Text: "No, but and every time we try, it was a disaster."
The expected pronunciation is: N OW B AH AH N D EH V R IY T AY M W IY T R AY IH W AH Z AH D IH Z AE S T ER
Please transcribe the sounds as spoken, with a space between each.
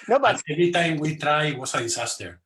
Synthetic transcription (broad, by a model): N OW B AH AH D EH V R IY T AY M W IY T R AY IH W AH S AH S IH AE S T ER